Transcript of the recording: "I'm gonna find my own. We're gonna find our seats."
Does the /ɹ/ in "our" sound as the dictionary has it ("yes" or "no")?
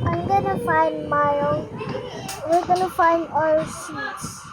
no